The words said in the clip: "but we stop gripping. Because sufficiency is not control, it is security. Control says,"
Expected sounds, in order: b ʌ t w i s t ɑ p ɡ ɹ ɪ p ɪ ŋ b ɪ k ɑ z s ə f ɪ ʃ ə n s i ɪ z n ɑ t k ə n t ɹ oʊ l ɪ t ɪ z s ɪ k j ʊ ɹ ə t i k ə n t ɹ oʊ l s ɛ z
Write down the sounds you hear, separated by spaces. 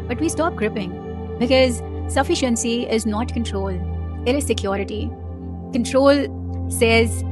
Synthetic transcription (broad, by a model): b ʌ t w i s t ɑ p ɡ ɹ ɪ p ɪ ŋ b ɪ k ɑ z s ə f ɪ ʃ ə n s i ɪ z n ɑ t k ə n t ɹ oʊ l ɪ t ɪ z s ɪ k j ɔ ɹ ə t i k ə n t ɹ oʊ l s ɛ z